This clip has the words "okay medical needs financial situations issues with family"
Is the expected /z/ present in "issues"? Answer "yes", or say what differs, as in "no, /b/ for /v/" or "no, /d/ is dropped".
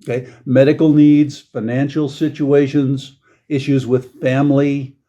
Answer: yes